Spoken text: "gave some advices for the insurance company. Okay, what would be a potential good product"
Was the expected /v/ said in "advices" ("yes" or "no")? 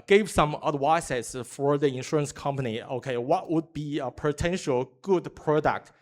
no